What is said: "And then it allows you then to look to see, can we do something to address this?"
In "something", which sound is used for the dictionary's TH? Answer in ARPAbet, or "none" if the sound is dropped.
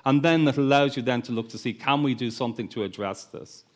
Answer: TH